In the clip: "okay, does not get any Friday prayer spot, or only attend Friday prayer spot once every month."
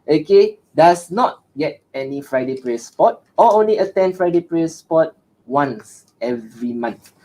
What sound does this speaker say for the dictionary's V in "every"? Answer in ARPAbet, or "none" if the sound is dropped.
V